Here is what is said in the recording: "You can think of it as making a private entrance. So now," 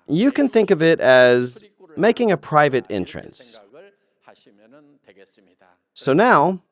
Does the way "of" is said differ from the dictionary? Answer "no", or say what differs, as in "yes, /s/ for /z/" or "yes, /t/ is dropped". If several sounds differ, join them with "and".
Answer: no